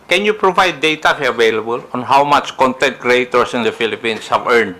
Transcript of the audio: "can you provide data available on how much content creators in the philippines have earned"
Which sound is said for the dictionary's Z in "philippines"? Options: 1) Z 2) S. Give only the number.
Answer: 2